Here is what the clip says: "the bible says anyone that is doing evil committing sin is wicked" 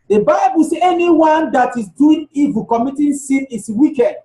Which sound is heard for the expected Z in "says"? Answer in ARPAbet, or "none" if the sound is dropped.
none